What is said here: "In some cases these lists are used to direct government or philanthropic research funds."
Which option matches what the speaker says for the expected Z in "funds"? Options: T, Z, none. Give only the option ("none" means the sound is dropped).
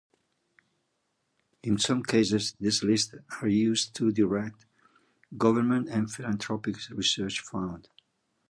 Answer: none